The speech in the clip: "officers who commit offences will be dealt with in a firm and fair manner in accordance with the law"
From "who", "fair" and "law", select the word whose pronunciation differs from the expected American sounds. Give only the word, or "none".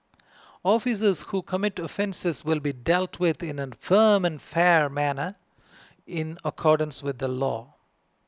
none